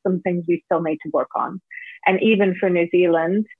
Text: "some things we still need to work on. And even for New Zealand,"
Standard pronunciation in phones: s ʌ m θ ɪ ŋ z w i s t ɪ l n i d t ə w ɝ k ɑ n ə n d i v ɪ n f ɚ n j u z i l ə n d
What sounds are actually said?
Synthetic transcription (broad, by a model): s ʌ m θ ɪ ŋ z w i s t ɪ l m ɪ d t ə w ɝ k n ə n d i v ɪ n f ɚ n j u z i l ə n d